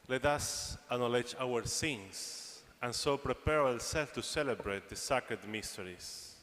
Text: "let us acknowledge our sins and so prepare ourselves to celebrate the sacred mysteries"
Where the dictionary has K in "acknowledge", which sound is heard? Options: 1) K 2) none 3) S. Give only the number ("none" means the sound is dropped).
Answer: 2